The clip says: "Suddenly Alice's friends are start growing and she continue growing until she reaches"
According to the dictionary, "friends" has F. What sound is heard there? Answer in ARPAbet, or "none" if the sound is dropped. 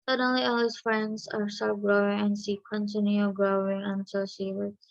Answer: F